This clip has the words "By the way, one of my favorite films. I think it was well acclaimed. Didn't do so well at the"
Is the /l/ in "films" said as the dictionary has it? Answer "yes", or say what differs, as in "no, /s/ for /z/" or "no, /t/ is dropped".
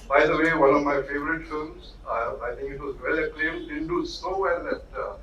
no, /l/ is dropped